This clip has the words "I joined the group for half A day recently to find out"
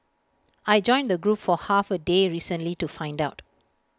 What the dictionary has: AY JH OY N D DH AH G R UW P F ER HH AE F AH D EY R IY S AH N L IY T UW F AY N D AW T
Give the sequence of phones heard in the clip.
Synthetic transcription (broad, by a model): AY JH OY N D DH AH G R UW P F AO HH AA F AH D EY R IY S AH N L IY T UW F AY N D AW T